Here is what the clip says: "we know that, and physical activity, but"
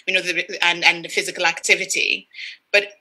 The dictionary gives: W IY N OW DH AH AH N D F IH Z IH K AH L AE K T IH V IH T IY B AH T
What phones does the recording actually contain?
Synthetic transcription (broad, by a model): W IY N OW DH AH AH N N F IH Z IH K AH L AE K T IH V IH T IY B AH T